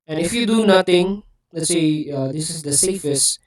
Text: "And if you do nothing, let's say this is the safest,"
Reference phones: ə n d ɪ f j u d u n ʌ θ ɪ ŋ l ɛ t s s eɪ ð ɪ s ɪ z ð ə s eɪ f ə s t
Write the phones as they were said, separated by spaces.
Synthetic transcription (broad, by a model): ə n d ɪ f j u d u n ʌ t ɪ ŋ l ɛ t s s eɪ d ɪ s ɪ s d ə s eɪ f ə s t